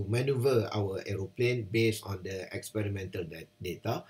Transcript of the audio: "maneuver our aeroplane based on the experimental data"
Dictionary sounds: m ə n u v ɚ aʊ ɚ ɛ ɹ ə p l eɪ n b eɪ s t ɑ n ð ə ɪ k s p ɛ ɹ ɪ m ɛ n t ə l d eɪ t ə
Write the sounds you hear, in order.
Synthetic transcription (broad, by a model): m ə n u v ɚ aʊ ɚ ɛ ɹ ə p l eɪ n b eɪ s ɑ n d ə ɪ k s p ɛ ɹ ɪ m ɛ n t ə l d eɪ t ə